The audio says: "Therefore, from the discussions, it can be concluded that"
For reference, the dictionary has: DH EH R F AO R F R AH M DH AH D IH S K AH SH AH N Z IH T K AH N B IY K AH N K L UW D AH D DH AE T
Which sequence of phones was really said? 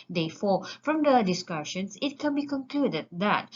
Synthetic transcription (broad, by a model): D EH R F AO F R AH M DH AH D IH S K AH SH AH N S IH T K AH N B IY K AH N K L UW D AH D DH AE T